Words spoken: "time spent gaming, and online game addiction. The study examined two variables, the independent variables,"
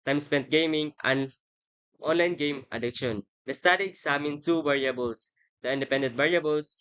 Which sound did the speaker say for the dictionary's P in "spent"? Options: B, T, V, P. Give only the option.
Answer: P